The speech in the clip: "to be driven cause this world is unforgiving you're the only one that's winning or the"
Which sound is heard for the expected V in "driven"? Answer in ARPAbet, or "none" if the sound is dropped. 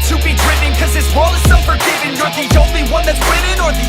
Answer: none